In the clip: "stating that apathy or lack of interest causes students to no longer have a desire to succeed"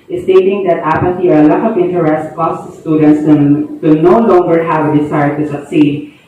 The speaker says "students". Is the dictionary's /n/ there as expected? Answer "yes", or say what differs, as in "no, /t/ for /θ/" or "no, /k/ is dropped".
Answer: yes